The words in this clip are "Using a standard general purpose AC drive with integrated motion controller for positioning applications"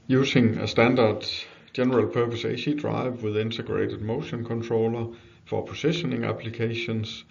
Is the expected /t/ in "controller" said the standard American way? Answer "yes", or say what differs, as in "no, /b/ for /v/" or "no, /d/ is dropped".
no, /s/ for /t/